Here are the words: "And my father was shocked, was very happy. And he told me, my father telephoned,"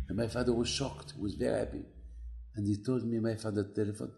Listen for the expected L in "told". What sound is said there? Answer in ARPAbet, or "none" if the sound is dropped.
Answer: L